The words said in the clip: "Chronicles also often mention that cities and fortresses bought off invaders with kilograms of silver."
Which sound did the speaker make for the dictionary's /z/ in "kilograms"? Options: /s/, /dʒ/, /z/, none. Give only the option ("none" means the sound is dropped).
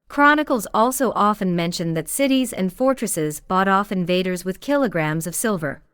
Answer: /z/